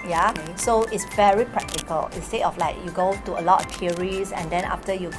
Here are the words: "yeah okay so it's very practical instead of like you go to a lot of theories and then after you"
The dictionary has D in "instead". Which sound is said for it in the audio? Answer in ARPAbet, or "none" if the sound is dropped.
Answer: none